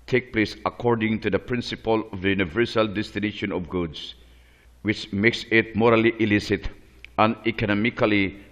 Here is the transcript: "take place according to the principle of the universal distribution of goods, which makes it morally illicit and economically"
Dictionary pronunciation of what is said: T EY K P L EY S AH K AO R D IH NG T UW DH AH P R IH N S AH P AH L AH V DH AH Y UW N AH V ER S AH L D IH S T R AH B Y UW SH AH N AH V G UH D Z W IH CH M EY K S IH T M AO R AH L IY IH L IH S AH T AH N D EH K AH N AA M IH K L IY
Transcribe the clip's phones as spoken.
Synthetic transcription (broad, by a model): T EY K P L EY S AH K AO R D IH NG T UW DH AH P R IH N S AH P AH L AH V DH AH Y UW N AH V ER S AH L D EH S T AH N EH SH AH N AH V G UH D S W IH CH M EY K S IH T M AO R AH L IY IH L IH S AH T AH N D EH K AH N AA M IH K L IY